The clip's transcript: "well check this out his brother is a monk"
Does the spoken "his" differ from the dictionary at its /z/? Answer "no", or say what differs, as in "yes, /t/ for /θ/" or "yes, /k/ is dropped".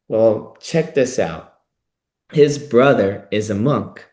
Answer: no